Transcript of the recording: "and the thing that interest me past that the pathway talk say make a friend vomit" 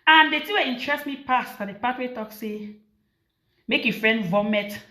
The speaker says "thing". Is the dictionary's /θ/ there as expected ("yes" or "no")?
no